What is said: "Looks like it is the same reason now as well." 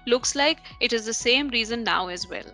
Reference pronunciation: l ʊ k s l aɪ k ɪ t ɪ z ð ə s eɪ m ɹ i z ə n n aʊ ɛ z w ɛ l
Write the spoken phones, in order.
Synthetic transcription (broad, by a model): l ʊ k s l aɪ k ɪ t ɪ z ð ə s eɪ m ɹ i z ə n n aʊ ɛ z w ɛ l